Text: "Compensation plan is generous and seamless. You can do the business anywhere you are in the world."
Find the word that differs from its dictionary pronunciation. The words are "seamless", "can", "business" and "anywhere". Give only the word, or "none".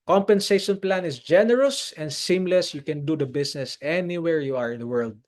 business